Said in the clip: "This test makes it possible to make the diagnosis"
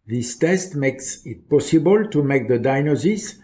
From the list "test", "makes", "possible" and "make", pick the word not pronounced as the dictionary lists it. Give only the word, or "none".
none